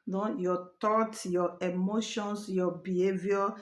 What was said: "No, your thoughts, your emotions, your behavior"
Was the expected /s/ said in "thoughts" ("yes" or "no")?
no